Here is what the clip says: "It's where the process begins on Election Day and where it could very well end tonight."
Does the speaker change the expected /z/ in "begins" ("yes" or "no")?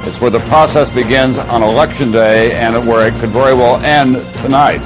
no